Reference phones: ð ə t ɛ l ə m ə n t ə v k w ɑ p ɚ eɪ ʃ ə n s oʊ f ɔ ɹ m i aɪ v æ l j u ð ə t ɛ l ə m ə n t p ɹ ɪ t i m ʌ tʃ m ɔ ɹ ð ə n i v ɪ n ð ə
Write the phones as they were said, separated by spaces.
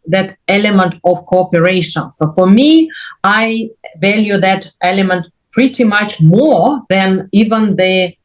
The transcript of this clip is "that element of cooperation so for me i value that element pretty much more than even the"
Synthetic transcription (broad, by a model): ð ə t ɛ l ə m ə n t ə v k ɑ p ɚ eɪ ʃ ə n s oʊ f ɔ ɹ m i aɪ v æ l j u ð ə t ɛ l ə m ə n t p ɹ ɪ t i m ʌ tʃ m ɔ ɹ ð ə n i v ɪ n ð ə